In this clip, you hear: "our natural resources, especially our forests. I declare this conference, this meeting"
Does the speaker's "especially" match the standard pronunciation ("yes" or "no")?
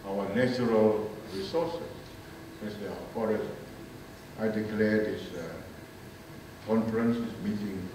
no